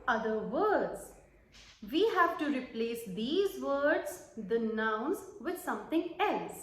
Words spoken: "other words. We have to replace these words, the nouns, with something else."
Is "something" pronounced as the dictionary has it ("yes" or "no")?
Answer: no